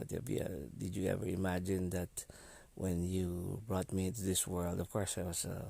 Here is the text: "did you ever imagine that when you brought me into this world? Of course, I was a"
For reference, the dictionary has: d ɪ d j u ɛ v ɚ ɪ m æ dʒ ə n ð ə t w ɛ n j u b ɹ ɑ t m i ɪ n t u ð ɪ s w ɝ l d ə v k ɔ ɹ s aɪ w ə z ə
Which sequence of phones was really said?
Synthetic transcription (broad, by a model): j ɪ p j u ɛ v ɚ ɪ m æ dʒ ə n ð ə t w ɛ n j u b ɹ ɑ t m i ɪ n t u ð ɪ s w ɝ l d ə v k ɔ ɹ s aɪ w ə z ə